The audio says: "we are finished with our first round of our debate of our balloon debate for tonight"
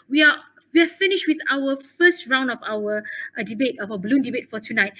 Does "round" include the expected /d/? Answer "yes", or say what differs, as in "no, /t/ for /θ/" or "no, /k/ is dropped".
yes